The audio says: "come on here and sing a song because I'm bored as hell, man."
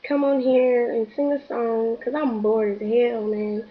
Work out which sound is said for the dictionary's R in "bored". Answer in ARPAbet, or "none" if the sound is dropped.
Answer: R